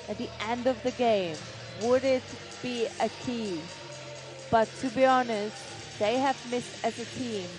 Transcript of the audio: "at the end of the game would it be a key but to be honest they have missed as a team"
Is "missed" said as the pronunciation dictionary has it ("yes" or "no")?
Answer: yes